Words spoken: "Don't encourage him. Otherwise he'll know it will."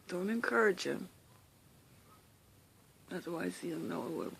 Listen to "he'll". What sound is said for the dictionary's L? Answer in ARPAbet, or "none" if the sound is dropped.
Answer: N